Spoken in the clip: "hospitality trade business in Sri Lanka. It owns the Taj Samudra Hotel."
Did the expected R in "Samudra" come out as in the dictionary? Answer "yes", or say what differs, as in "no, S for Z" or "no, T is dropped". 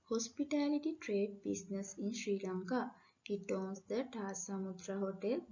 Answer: yes